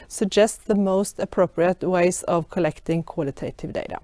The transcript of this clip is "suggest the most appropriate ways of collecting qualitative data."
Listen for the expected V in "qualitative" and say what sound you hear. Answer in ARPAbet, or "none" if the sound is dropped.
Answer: V